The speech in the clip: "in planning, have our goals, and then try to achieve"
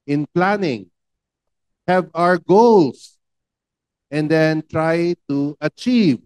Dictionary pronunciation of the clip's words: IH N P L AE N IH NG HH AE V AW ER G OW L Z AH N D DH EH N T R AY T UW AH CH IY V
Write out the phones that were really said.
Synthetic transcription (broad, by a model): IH N P L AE N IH NG HH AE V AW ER G OW L S AH N D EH N T R AY T UW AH CH IY V